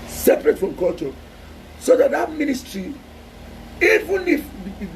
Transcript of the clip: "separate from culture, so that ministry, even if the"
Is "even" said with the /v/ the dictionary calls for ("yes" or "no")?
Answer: yes